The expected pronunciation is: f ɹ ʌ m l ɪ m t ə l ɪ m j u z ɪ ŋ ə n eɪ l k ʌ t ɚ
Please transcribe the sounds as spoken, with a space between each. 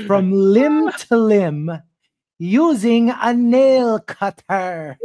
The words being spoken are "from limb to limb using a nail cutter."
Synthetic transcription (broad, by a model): f ɹ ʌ m l ɪ m t ə l ɪ m j u z ɪ ŋ ə n eɪ l k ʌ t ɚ